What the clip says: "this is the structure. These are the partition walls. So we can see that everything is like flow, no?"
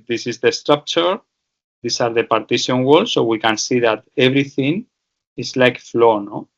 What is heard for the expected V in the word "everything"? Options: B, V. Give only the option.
B